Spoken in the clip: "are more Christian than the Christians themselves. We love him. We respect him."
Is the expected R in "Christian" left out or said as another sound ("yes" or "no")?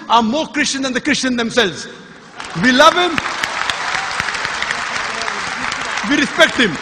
no